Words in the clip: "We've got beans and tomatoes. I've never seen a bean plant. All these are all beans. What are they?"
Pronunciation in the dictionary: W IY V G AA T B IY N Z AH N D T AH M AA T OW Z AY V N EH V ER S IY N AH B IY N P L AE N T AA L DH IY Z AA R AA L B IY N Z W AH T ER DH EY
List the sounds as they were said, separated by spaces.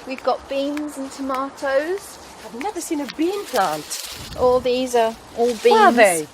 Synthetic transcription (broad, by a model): W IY V G AA T B IY N Z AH N T AH M AA T OW Z AY V N EH V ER S IY N AH B IY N P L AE N T AA L DH IY Z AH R AA L B IY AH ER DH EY